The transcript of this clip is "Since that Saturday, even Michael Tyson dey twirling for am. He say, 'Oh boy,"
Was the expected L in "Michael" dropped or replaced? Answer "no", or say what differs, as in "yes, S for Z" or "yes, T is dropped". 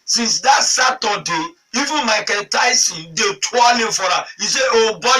yes, N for L